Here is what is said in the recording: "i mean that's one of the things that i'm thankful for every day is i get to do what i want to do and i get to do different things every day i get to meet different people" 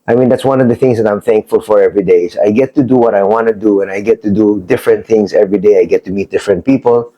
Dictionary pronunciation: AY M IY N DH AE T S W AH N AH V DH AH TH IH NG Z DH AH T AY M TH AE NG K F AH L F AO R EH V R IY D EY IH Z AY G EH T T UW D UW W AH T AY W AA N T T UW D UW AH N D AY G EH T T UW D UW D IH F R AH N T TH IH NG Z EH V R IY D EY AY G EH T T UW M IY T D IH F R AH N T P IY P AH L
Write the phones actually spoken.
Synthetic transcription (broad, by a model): AY M IY N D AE T S W AH N AH V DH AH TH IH NG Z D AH T AY M TH AE NG K F AH L F AO R EH V R IY D EY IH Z AY G EH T T UW D UW W AH T AY W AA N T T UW D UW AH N AY G EH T T UW D UW D IH F R AH N T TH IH NG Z EH V R IY D EY AY G EH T T UW M IY T D IH F R AH N T P IY P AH L